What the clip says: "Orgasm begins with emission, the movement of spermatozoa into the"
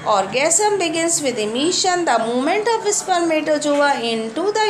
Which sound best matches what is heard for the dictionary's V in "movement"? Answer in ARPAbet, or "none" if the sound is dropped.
none